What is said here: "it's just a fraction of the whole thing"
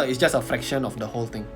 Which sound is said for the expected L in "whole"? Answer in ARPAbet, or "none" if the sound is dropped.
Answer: L